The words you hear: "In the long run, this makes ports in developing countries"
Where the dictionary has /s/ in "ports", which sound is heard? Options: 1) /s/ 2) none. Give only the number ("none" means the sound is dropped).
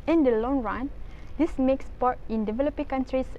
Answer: 2